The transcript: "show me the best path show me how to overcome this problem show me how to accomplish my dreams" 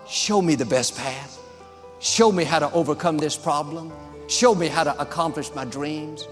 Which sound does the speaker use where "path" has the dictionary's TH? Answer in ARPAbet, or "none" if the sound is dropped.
TH